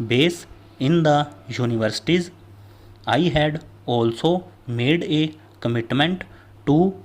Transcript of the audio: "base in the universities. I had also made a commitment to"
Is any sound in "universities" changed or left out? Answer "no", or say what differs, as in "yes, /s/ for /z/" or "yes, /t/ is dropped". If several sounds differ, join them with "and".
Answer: no